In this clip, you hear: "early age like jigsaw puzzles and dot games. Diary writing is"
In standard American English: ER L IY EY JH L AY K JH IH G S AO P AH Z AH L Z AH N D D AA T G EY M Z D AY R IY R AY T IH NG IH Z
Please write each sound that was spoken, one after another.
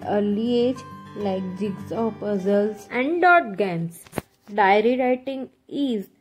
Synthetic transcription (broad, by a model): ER L IY EY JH L AY K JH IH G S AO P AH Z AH L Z AH N D D AA T G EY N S D AY R IY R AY T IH NG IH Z